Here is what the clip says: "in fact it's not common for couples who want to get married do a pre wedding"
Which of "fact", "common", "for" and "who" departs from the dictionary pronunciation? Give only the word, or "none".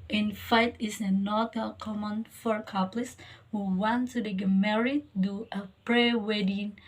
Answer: fact